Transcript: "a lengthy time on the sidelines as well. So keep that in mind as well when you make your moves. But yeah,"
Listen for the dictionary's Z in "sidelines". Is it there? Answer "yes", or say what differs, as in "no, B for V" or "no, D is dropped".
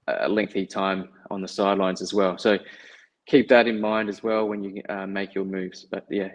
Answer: yes